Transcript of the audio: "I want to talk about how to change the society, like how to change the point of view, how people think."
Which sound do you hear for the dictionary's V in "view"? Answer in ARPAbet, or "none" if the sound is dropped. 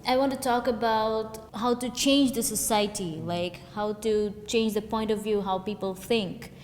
V